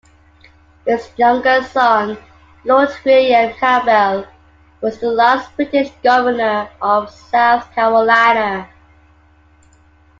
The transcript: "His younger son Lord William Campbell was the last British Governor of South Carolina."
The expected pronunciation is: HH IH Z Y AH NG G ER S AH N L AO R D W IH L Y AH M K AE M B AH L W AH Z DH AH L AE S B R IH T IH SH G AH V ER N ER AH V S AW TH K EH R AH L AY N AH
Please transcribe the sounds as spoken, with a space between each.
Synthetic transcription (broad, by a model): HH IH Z Y AH NG G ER S AH N L AO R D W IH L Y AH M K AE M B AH L W AH Z DH AH L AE S B R IH T IH SH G AH V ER N ER AH V S AW TH K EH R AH L AY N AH